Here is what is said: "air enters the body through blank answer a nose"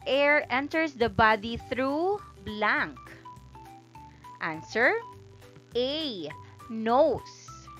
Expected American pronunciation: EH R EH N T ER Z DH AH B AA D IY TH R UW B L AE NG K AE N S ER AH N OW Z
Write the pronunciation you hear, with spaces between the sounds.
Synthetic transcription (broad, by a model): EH R EH N T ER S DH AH B AA D IY TH R UW B L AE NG K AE N S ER AH N OW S